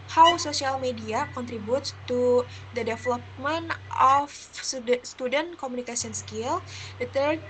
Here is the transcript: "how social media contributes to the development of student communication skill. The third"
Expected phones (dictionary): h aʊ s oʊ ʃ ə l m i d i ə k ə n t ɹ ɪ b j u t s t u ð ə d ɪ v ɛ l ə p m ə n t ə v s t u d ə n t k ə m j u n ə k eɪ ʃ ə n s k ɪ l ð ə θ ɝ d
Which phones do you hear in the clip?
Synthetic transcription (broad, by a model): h aʊ s oʊ s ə l m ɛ d i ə k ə n t ɹ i b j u t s t u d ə d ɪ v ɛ l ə p m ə n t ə f s t u d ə n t k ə m u n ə k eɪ s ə n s k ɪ l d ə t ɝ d